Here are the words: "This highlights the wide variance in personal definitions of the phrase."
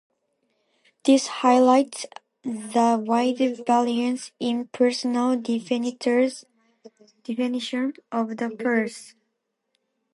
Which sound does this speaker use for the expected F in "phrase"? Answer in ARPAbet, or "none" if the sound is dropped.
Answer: P